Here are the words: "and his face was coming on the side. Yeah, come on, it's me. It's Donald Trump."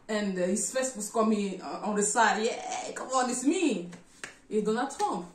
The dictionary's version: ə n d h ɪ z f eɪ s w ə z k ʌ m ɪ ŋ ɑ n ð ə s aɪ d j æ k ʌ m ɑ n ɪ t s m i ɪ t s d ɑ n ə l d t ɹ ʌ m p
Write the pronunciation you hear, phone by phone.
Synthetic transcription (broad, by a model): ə n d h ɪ s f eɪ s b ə s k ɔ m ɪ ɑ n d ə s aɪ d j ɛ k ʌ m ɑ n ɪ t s m i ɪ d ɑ n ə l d t ɹ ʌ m p